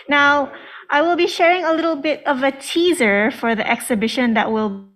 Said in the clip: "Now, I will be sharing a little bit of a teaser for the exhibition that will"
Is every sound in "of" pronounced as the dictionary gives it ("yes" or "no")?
yes